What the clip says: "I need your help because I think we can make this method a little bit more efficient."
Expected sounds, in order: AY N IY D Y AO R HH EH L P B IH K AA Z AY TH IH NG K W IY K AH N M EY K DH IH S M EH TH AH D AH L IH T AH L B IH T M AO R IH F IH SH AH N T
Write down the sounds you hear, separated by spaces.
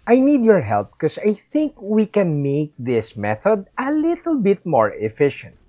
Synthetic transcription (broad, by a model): AY N IY D Y AO R HH EH L P K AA S AY TH IH NG K W IY K AH N M EY K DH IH S M EH TH AH D AH L IH T AH L B IH T M AO R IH F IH SH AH N T